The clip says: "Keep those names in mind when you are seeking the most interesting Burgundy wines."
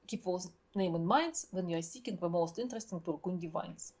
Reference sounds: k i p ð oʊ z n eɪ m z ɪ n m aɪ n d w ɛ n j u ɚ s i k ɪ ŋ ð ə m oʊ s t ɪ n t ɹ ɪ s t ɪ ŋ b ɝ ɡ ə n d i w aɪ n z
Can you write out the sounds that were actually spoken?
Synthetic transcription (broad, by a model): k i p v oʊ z n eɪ m ɪ n m aɪ n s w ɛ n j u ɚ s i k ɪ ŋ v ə m oʊ s t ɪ n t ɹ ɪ s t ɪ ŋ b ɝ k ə n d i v aɪ n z